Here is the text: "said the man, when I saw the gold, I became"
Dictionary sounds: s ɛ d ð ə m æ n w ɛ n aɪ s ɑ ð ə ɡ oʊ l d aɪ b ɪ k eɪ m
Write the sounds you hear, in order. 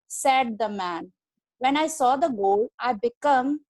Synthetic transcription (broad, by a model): s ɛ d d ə m æ n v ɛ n aɪ s ɑ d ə ɡ oʊ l aɪ b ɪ k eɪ m